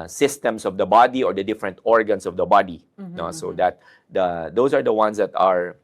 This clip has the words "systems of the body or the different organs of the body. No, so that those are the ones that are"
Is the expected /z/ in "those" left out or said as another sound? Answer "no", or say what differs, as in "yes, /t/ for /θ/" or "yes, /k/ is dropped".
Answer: yes, /s/ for /z/